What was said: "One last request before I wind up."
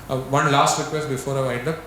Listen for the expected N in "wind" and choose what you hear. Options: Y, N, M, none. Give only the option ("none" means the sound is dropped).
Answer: none